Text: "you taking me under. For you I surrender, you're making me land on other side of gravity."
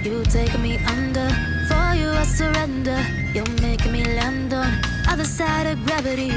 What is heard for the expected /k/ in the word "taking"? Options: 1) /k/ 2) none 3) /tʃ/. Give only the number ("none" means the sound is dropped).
2